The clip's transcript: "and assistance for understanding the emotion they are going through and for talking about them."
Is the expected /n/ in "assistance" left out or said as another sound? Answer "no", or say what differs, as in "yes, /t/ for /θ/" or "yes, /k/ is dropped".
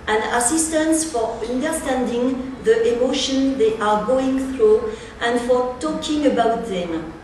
no